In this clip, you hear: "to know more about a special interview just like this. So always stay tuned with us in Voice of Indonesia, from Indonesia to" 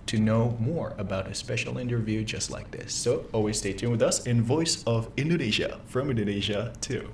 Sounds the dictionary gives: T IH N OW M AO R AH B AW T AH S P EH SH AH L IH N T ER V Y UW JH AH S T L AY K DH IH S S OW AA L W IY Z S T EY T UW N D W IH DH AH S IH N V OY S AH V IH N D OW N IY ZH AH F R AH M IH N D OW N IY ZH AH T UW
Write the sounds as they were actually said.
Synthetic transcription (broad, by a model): T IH N OW M AO R AH B AW T AH S P EH SH L IH N T ER V Y UW JH AH S T L AY K DH IH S S OW AA L W IY Z S T EY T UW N W IH DH AH S IH N V OY S AH V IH N D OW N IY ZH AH F R AH M IH N D OW N IY ZH AH T UW